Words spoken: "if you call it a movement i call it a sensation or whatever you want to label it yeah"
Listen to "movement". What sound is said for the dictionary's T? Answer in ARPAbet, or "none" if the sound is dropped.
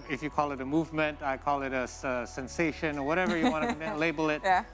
T